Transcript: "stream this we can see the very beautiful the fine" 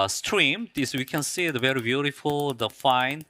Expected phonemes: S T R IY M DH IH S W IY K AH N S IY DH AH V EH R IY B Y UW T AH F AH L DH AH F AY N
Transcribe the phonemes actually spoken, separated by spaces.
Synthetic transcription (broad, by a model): S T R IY M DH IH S W IY K AH N S IY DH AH V EH R IY B Y UW T AH F AH L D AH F AY N